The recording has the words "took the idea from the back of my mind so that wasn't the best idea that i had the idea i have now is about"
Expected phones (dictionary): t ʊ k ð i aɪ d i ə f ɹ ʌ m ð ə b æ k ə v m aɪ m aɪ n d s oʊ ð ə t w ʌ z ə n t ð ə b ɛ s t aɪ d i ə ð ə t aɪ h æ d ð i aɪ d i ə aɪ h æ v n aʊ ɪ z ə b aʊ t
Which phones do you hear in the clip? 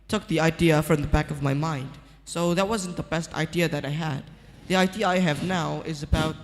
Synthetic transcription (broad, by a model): t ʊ k ð i aɪ d i ə f ɹ ʌ m ð ə b æ k ə v m aɪ m aɪ n d s oʊ ð ə t w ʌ z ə n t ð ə b ɛ s t aɪ d i ə ð ə t aɪ h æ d ð i aɪ d i ə aɪ h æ v n aʊ ɪ z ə b aʊ t